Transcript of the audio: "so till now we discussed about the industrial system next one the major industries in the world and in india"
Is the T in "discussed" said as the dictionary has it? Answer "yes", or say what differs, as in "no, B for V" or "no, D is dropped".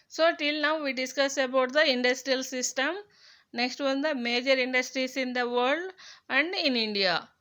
no, T is dropped